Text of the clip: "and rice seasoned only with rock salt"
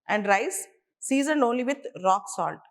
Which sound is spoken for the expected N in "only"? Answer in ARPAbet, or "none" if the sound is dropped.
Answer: N